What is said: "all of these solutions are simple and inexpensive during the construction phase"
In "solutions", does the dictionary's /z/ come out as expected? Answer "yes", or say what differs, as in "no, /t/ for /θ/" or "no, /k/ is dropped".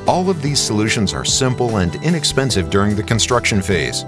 yes